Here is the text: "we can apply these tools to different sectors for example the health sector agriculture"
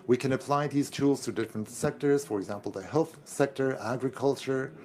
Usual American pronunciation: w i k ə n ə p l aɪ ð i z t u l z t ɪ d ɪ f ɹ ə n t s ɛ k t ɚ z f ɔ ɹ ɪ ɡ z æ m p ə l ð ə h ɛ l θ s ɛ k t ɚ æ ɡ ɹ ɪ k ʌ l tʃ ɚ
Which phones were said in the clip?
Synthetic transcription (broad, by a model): w i k ə n ə p l aɪ ð i z t u l z t ɪ d ɪ f ɹ ə n t s ɛ k t ɚ z f ɔ ɹ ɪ ɡ z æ m p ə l ð ə h ɛ l θ s ɛ k t ɚ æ ɡ ɹ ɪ k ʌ l tʃ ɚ